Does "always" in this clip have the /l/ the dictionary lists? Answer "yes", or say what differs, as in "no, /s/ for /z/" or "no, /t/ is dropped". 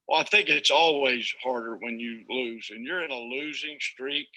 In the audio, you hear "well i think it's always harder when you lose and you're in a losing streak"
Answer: yes